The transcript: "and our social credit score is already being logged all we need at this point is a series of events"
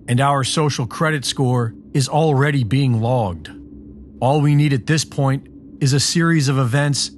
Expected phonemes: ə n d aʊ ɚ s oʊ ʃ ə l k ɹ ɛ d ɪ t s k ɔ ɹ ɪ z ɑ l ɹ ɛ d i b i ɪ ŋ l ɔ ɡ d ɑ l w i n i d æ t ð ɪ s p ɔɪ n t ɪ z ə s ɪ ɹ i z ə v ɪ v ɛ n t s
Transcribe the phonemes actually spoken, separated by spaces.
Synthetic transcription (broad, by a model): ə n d aʊ ɚ s oʊ ʃ l k ɹ ɛ d ɪ t s k ɔ ɹ ɪ z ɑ l ɹ ɛ d i b i ɪ ŋ l ɔ ɡ d ɑ l w i n i d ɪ t ð ɪ s p ɔɪ n t ɪ z ə s ɪ ɹ i z ə v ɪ v ɛ n t s